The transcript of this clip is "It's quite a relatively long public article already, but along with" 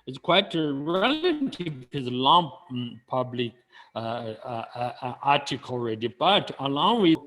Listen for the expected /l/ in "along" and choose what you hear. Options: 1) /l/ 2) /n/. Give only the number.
1